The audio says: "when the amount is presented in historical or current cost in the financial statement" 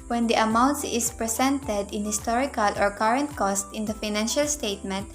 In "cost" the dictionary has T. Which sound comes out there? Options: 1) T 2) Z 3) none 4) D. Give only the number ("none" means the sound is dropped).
1